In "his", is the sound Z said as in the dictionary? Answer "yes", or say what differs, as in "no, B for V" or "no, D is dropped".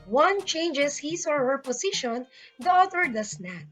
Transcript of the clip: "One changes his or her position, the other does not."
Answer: no, S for Z